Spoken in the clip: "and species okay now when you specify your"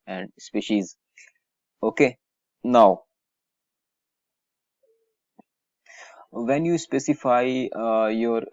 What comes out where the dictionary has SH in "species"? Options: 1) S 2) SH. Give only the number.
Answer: 2